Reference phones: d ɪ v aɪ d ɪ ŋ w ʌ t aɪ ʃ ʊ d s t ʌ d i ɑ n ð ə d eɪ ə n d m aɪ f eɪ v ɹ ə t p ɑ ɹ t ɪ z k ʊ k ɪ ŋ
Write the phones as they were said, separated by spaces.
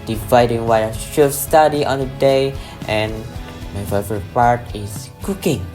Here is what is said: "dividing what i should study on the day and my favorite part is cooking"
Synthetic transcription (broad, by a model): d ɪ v aɪ d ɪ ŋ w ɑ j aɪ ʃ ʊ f s t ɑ d i ɑ n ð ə d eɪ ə n m aɪ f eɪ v ə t p ɑ ɹ t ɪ s k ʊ k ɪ ŋ